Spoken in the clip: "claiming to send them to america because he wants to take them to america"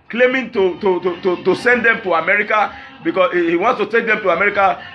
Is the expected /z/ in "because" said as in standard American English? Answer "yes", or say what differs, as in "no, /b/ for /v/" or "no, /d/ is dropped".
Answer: no, /z/ is dropped